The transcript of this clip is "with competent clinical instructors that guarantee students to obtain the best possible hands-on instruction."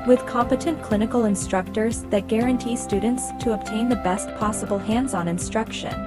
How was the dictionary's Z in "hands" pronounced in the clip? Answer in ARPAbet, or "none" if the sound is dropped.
Z